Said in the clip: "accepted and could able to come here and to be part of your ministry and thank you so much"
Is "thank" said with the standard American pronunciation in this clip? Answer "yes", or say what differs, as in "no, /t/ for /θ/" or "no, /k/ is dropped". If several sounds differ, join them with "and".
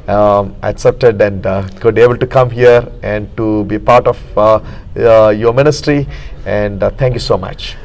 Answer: no, /t/ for /θ/